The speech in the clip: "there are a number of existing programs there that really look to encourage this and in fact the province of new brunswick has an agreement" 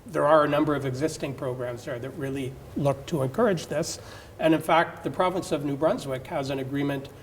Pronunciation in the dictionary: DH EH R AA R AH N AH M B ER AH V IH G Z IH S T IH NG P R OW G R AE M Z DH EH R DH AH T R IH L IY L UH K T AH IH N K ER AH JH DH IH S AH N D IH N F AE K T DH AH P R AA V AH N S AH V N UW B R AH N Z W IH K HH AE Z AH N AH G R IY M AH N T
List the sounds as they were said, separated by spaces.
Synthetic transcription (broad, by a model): DH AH R R AH N AH M B ER AH V IH G Z IH S T IH NG P R OW G R AE M Z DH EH R DH AH T R IH L IY L UH K T AH IH N K ER AH JH DH IH S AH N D IH N F AE K T DH AH P R AA V AH N S AH V N UW B R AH N Z W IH K HH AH Z AH N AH G R IY M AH N T